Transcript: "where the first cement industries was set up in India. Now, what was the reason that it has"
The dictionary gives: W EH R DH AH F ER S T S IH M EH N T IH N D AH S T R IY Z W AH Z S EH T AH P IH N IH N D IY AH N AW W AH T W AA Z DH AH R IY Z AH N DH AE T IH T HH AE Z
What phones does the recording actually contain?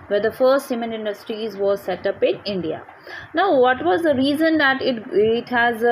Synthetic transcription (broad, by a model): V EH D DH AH F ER S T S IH M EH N IH N D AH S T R IY Z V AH S EH T AH P IH N IH N D IY AH N AW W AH T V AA Z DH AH R IY Z AH N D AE T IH T HH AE Z